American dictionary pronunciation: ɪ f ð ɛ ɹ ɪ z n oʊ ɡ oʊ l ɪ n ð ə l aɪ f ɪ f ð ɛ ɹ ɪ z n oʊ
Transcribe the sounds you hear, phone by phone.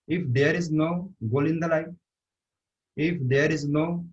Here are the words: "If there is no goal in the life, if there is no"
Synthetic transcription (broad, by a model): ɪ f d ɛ ɹ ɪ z n oʊ ɡ oʊ l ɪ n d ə l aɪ ɪ f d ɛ ɹ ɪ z n oʊ